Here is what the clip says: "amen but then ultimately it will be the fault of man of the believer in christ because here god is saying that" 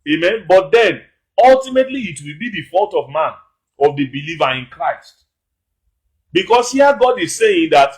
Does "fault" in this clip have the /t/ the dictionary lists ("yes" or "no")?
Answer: yes